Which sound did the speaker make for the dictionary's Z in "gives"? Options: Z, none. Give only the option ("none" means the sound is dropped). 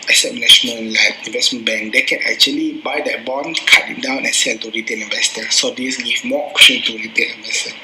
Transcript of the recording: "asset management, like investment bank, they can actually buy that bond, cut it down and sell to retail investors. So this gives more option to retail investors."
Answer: none